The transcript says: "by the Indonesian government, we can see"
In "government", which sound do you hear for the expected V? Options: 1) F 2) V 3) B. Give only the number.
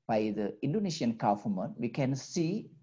1